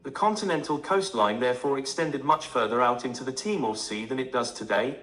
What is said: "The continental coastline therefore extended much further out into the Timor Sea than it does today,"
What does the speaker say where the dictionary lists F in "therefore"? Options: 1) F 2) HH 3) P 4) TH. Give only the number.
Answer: 1